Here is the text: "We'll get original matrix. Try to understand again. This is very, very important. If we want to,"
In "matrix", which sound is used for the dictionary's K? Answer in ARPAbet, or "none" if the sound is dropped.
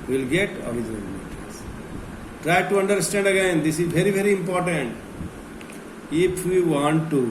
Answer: none